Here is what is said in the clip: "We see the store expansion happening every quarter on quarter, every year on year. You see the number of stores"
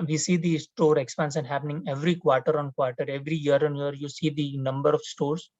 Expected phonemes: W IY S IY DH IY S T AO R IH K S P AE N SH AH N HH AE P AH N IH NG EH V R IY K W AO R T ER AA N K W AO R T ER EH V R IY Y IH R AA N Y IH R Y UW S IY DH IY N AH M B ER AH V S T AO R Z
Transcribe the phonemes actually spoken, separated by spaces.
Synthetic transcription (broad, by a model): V IY S IY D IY S T AO R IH K S P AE N S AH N HH AE P AH N IH NG EH V R IY K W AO R T ER AA N K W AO R T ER EH V R IY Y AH R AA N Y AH R Y UW S IY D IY N AH M B ER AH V S T AO R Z